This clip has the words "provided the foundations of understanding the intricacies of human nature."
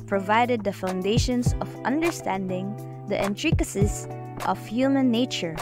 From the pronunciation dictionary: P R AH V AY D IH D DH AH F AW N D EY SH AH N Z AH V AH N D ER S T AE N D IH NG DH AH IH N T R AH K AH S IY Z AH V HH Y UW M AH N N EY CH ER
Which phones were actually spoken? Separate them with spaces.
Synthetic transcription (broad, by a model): P R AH V AY D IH D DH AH F AW N D EY SH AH N S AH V AH N D ER S T AE N D IH NG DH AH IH N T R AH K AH S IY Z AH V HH Y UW M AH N N EY CH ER